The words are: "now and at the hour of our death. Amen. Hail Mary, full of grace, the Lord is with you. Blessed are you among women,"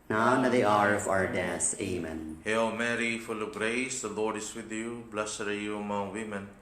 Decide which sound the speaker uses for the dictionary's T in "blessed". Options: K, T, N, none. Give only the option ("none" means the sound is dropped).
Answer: none